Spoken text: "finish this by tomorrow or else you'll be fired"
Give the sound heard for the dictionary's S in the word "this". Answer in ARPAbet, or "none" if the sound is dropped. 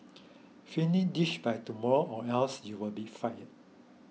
SH